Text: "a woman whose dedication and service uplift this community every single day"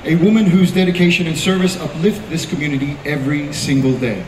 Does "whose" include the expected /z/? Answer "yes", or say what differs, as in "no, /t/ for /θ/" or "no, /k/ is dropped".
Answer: yes